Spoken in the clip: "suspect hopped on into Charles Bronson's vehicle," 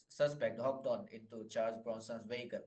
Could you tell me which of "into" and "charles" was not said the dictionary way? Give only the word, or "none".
charles